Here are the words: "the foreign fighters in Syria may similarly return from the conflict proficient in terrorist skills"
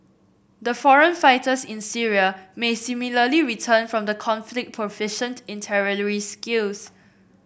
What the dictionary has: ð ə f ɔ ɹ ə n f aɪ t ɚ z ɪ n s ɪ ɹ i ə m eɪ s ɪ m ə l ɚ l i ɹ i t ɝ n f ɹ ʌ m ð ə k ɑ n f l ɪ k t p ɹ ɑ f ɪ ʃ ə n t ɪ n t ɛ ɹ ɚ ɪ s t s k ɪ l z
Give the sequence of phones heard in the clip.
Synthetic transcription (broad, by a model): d ə f ɔ ɹ ə n f aɪ t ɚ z ɪ n s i ɹ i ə m eɪ s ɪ m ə l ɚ l i ɹ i t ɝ n f ɹ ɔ m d ə k ɑ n f l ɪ k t p ɹ ɑ f ɪ ʃ ə n t ɪ n t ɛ ɹ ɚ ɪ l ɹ s k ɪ l s